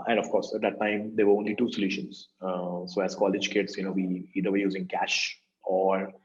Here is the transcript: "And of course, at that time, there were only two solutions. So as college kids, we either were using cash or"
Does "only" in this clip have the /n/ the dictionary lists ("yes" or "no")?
yes